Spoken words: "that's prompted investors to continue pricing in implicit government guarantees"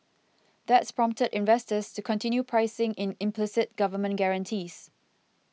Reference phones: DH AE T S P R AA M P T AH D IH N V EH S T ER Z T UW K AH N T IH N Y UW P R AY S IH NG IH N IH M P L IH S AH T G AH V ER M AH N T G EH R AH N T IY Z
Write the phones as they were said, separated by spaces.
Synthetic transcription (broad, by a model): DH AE T S P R AA M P T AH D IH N V EH S T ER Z T UW K AH N T IH N Y UW P R AY S IH NG IH N IH M P L IH S AH T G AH V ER M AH N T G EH R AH N T IY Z